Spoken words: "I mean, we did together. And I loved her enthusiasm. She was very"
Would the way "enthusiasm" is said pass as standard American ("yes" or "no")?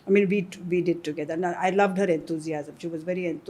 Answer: no